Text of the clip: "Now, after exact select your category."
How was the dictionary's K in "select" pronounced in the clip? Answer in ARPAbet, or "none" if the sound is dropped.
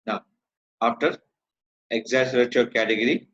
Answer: none